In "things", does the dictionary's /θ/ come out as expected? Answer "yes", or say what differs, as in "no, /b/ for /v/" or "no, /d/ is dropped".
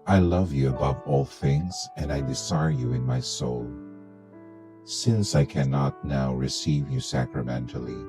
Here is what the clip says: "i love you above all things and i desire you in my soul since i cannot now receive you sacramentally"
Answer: yes